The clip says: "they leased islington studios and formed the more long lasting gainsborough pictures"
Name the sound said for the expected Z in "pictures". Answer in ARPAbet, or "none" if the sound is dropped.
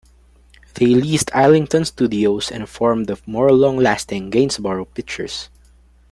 S